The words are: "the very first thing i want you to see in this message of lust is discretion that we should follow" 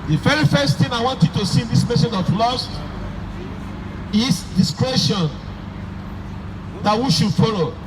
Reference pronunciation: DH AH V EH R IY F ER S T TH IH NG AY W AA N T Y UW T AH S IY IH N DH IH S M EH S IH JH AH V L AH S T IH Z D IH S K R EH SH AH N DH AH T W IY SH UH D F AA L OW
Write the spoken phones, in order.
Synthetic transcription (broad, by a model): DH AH F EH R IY F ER S T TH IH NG AY W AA N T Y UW T AH S IY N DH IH S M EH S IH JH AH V L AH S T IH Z D IH S K R EH SH AH N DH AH T W IY SH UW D F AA L OW